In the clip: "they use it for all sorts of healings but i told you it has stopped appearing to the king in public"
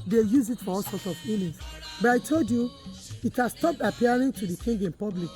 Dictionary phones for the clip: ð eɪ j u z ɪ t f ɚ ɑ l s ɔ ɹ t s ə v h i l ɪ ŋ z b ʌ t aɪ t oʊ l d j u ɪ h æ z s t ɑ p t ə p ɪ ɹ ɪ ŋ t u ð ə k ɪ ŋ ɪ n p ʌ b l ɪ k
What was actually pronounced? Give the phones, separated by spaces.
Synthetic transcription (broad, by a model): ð eɪ j u z ɪ t f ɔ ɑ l s ɔ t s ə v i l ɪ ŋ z b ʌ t aɪ t oʊ l d j u ɪ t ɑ s t ɑ p t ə p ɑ ɹ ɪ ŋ t u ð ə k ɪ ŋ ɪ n p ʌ b l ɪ k